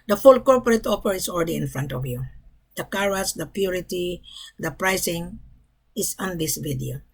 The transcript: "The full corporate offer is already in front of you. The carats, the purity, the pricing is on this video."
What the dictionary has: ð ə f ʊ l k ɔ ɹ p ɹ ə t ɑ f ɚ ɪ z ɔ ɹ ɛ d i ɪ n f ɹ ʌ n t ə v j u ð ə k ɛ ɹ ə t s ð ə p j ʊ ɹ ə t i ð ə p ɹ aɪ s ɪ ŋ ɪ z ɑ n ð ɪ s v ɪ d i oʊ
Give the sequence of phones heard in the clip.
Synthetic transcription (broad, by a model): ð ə f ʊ l k ɔ ɹ p ɹ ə t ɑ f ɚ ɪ s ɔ l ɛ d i ɪ n f ɹ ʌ n t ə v j u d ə k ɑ ɹ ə s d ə p j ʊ ɹ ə t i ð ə p ɹ aɪ s ɪ ŋ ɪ s ɑ n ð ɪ s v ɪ d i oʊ